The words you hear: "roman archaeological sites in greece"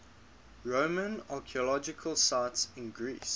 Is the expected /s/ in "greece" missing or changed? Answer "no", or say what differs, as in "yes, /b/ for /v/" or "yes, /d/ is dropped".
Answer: no